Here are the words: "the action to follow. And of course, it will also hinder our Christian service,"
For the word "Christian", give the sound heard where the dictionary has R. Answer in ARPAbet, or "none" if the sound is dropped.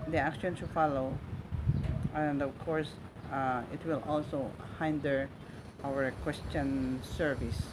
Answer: W